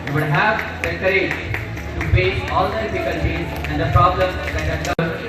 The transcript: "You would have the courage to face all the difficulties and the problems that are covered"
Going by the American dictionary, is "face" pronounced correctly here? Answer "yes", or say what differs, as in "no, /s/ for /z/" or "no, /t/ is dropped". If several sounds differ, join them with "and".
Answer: no, /p/ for /f/ and /s/ is dropped